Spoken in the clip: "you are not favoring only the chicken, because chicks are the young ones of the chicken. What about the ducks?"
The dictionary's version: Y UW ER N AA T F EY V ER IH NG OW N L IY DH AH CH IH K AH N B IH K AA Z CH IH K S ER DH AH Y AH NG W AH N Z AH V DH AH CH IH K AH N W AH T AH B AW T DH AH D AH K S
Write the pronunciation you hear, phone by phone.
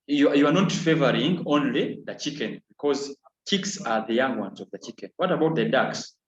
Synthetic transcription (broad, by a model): Y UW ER N AA T F EY V ER IH NG OW N L IY DH AH CH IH K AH N B IH K AA Z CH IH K S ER DH AH Y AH NG W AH N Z AH V DH AH CH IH K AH N W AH T AH B AW T DH AH D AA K S